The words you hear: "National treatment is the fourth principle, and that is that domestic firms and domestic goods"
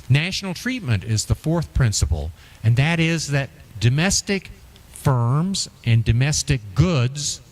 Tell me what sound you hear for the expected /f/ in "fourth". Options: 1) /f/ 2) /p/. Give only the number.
1